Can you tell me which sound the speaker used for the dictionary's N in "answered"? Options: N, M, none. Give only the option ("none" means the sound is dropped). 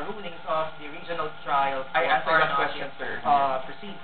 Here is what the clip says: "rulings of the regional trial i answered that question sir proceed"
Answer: none